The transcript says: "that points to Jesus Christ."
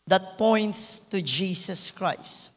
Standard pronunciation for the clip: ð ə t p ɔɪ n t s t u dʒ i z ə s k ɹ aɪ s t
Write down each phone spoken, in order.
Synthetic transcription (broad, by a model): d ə t p ɔɪ n t s t u dʒ i s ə s k ɹ aɪ s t